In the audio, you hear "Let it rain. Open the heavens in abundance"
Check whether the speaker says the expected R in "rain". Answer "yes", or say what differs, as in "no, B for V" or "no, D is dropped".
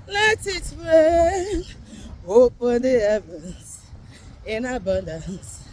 no, W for R